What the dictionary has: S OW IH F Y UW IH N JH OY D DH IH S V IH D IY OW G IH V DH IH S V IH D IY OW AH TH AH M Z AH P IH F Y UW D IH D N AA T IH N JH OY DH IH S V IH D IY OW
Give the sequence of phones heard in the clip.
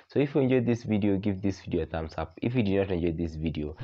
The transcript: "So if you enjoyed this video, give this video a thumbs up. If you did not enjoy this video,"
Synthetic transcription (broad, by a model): S OW IH F Y UW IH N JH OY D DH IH S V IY D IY OW G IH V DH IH S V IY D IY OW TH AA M S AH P IH F Y UW D IH D N AA T IH N JH OY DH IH S V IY D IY OW